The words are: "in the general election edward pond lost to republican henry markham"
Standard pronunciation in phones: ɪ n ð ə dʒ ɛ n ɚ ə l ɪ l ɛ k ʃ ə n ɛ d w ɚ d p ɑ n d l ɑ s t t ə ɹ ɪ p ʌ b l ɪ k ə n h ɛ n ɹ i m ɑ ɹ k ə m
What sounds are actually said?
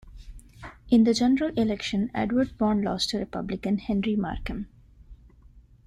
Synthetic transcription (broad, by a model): ɪ n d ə dʒ ɛ n ɚ ə l ɪ l ɛ k ʃ ə n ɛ d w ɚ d b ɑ n l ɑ s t t ə ɹ ɪ p ʌ b l ɪ k ə n h ɛ n ɹ i m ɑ ɹ k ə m